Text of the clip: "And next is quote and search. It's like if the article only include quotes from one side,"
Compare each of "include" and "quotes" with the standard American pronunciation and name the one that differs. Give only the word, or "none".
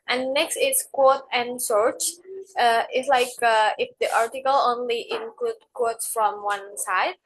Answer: none